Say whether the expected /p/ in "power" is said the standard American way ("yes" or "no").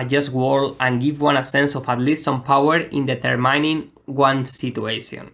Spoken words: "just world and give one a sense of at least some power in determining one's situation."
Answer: yes